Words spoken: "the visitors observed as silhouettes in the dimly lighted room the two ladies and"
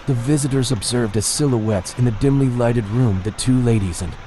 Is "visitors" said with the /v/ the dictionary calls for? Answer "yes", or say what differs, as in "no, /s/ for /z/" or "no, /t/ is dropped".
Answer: yes